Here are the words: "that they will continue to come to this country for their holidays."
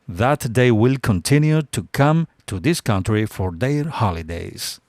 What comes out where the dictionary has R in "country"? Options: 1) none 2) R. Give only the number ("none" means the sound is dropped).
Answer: 2